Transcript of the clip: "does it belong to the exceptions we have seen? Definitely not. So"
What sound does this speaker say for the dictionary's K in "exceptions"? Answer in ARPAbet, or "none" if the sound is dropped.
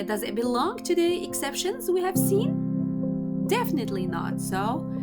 K